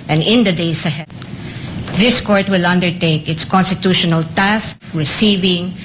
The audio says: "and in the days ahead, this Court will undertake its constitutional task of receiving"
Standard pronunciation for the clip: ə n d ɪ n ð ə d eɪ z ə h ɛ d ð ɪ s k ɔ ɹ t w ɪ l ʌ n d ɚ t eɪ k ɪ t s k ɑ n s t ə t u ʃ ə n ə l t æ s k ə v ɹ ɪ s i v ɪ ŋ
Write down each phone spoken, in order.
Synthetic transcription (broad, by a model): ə n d ɪ n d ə d eɪ s ə h ɛ d ð ɪ s k ɔ ɹ t w ɪ l ʌ n d ɚ t eɪ k ɪ t s k ɑ n s t ə t u ʃ ə n ə l t æ s k ɹ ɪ s i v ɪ ŋ